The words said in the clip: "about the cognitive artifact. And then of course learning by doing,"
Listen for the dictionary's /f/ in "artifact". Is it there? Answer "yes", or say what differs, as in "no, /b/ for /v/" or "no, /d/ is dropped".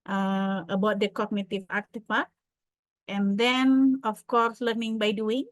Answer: no, /p/ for /f/